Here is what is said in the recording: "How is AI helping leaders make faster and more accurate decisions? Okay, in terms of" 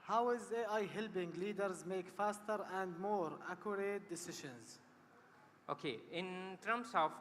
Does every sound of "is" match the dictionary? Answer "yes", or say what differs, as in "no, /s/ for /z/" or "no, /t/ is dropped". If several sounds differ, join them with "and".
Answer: yes